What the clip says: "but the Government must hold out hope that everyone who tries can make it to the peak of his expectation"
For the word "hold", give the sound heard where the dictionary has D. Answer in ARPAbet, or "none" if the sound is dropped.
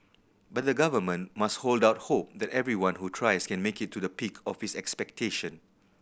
D